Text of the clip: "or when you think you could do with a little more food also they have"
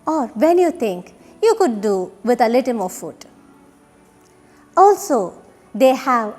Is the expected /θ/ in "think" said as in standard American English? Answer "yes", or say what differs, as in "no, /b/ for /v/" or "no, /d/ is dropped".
no, /t/ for /θ/